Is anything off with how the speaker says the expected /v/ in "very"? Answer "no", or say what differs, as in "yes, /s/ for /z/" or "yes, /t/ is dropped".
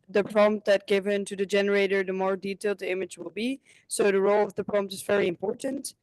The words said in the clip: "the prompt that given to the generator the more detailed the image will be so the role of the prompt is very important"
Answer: no